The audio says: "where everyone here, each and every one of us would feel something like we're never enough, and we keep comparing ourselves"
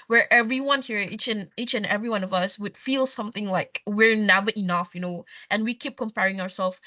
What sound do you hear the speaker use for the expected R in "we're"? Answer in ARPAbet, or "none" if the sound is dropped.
R